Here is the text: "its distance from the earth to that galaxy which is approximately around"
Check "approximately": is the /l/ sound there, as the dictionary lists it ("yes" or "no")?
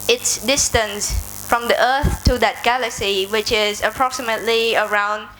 yes